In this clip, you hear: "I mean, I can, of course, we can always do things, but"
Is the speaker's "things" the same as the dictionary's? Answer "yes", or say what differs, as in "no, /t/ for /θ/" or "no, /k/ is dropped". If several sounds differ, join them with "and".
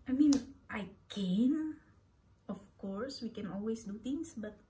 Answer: no, /t/ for /θ/ and /s/ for /z/